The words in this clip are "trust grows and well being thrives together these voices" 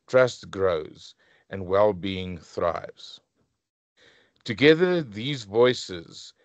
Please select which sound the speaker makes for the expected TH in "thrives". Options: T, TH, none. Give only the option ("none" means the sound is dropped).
TH